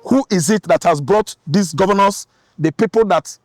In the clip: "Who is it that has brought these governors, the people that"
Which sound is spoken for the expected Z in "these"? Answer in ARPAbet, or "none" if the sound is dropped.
S